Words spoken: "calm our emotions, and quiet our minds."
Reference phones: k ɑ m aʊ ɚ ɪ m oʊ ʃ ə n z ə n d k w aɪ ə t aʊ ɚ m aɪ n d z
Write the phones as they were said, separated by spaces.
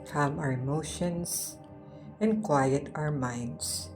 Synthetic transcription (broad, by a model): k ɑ m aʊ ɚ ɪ m oʊ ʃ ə n s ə n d k w aɪ ə t aʊ ɚ m aɪ n d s